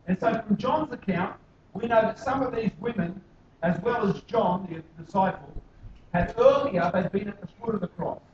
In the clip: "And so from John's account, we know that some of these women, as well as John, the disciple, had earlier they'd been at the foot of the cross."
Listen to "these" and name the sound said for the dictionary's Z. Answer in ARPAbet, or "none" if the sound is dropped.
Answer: Z